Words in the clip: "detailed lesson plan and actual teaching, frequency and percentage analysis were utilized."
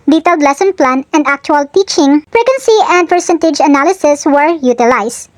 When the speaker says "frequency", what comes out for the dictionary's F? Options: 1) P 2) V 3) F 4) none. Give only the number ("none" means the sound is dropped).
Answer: 1